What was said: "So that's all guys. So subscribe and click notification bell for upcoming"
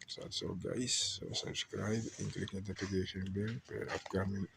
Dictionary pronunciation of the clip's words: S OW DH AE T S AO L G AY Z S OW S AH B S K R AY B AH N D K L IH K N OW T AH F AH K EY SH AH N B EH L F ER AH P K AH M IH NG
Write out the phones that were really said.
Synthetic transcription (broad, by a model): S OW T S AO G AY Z S OW S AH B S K R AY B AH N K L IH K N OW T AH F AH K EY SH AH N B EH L P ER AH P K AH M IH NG